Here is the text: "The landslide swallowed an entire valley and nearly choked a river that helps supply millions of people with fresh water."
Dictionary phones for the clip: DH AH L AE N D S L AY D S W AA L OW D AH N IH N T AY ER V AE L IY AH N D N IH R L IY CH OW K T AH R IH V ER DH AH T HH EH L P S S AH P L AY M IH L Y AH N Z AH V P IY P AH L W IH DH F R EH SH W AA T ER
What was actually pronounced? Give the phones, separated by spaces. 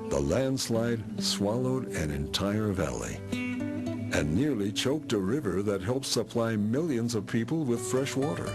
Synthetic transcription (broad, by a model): DH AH L AE N D S L AY D S W AA L OW D AH N IH N T AY ER V AE L IY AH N N IH R L IY CH OW K T AH R IH V ER DH AH T HH EH L P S S AH P L AY M IH L Y AH N Z AH V P IY P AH L W IH DH F R EH SH W AA T ER